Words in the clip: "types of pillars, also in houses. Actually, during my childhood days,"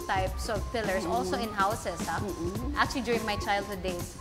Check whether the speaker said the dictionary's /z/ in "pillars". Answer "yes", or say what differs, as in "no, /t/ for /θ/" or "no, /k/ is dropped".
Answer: no, /s/ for /z/